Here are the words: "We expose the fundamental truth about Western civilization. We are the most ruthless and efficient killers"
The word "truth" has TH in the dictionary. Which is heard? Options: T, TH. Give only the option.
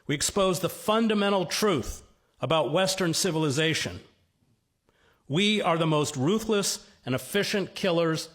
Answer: TH